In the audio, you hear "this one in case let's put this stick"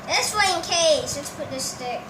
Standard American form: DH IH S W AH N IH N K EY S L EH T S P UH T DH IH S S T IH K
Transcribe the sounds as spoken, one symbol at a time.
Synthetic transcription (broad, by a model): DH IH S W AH IH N K EY S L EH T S P UH T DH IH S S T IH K